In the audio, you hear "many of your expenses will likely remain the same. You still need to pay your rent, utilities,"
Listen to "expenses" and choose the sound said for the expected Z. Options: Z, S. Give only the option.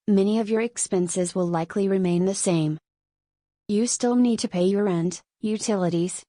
Z